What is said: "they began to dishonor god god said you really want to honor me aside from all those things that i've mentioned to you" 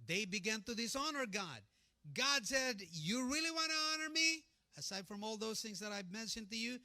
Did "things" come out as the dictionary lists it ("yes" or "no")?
yes